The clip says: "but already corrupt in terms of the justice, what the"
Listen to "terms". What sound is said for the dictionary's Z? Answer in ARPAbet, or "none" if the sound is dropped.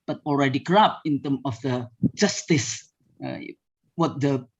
none